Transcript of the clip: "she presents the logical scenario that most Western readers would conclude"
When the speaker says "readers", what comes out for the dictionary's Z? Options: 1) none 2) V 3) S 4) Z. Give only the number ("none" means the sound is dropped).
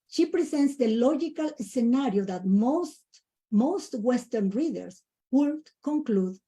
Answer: 3